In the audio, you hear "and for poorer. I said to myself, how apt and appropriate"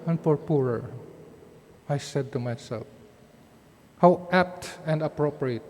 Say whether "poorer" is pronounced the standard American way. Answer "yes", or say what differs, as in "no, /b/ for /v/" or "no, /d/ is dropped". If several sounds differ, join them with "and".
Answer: yes